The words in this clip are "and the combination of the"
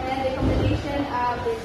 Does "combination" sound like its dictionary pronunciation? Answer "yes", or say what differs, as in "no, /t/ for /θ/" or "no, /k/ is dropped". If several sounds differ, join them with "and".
no, /b/ is dropped